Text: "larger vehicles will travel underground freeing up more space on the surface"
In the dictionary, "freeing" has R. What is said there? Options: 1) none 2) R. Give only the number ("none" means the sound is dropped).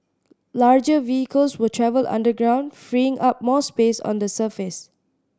2